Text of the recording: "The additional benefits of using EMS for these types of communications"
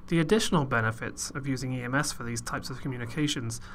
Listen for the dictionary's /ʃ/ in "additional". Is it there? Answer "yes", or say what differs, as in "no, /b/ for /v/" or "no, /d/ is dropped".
yes